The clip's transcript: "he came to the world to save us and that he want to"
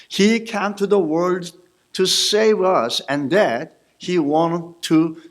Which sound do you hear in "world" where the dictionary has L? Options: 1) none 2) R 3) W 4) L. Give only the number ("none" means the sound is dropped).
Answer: 4